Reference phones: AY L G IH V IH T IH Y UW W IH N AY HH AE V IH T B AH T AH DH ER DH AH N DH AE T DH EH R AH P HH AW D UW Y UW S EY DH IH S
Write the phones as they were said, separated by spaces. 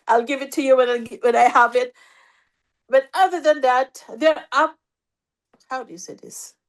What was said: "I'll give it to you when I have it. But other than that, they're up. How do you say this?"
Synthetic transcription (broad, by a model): AY L G IH V IH T IH Y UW W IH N AY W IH V IH T B AH T AH DH ER DH AH N DH AE T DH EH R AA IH HH AW D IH Y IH S EY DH IH S